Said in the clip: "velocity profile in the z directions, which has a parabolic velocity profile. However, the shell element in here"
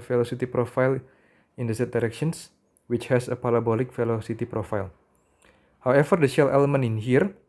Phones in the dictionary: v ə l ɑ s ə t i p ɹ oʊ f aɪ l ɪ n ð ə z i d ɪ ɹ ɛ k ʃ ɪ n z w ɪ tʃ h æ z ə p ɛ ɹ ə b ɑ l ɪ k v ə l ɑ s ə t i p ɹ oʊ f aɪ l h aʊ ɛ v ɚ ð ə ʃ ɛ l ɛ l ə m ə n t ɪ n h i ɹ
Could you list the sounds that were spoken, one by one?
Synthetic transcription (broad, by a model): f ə l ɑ s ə t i p ɹ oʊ f aɪ l ɪ n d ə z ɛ d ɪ ɹ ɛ k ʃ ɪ n s w ɪ tʃ h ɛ s ə p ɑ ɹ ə b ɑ l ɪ k f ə l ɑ s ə t i p ɹ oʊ f aɪ l h aʊ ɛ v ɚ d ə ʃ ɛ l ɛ l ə m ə n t ɪ n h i ɹ